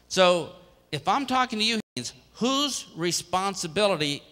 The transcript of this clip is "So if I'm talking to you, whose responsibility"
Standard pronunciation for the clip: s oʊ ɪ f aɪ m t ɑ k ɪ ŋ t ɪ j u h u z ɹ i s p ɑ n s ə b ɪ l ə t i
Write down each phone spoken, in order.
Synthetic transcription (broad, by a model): s oʊ ɪ f aɪ m t ɑ k ɪ ŋ t ɪ j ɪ h u z ɹ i s p ɑ n s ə b ɪ l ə t i